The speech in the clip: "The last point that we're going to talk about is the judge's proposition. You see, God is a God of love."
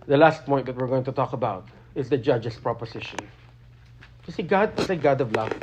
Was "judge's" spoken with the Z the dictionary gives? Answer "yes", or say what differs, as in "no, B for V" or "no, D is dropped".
no, S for Z